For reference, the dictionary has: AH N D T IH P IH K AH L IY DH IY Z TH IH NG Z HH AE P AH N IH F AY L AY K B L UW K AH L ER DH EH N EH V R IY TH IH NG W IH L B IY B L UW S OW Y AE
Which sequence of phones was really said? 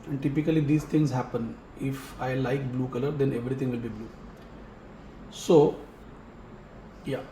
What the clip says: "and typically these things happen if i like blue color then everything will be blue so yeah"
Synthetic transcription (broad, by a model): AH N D T IH P IH K AH L IY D IY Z T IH NG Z HH AE P AH N IH F AY L AY K B L UW K AH L ER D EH N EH V R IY T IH NG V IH L B IY B L UW S OW Y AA